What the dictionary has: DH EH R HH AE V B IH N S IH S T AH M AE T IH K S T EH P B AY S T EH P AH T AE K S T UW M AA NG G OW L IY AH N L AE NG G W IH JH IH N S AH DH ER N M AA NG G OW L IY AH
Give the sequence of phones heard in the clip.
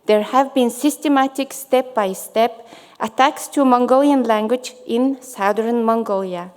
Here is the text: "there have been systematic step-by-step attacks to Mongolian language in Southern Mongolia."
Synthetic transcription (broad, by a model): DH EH R HH AE V B IH N S IH S T AH M AE T IH K S T EH P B AY S T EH P AH T AE K S T UW M AA NG G OW L IY AH N L AE NG G W IH JH IH N S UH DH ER N M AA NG G OW L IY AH